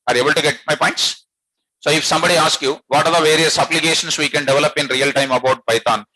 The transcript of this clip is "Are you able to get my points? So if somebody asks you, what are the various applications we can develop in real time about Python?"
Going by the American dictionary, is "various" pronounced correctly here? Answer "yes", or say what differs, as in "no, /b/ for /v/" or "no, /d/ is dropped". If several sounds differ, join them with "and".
yes